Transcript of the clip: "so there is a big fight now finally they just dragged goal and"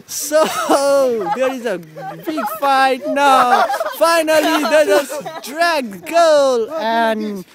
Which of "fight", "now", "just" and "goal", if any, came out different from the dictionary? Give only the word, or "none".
just